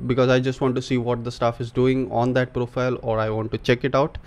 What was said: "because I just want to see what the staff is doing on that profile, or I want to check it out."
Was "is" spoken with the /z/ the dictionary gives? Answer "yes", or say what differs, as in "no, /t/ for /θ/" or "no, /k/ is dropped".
yes